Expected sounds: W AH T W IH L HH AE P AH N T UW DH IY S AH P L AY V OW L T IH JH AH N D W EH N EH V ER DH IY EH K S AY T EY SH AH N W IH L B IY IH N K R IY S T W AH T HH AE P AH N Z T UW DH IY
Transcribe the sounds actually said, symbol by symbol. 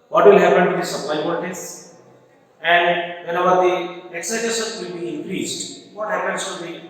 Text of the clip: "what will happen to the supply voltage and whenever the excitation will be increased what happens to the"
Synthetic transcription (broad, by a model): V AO T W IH L HH AE P AH N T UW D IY S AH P L AY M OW T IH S AH N D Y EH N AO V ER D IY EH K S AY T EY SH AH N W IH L B IY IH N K R IY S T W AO T HH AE P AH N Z T UW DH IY